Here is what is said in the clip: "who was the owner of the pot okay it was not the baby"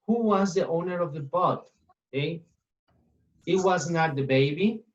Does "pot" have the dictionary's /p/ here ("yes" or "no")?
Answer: no